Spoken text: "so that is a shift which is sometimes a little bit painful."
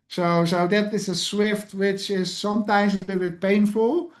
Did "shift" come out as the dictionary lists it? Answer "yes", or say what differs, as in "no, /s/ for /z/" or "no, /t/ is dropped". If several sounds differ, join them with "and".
no, /s/ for /ʃ/